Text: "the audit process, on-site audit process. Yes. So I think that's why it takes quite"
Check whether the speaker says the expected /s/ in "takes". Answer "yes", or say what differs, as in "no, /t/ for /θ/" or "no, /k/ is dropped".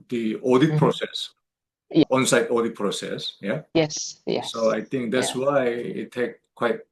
no, /s/ is dropped